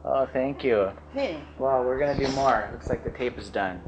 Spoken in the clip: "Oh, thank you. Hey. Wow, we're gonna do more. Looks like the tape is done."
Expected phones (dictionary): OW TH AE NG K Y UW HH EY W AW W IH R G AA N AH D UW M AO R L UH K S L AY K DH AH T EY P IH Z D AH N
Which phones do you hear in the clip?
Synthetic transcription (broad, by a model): OW TH AE NG K Y UW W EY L W IH R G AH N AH D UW M AO R L UH K S L AY K DH AH T EY P IH Z D AH N